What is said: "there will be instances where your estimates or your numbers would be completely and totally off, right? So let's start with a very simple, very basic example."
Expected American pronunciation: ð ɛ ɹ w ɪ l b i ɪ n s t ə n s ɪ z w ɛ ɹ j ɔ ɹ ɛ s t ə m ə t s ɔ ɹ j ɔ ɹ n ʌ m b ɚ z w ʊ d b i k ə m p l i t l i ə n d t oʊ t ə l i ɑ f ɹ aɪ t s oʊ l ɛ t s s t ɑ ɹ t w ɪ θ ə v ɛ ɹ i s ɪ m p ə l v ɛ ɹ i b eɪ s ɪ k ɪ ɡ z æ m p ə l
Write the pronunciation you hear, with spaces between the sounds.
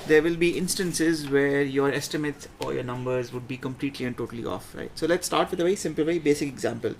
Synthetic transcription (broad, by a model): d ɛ ɹ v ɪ l b i ɪ n s t ə n s ɪ z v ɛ ɹ j ɔ ɹ ɛ s t ə m ə t s ɔ ɹ j ɔ ɹ n ʌ m b ɚ z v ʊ d b i k ə m p l i t l i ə n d t oʊ t ə l i ɑ f ɹ aɪ t s oʊ l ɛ t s s t ɑ ɹ t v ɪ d ə v ɛ ɹ i s ɪ m p l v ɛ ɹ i b eɪ s ɪ k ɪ ɡ z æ m p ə l